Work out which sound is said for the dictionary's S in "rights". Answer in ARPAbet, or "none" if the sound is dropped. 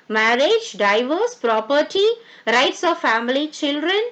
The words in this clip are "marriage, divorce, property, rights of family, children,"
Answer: S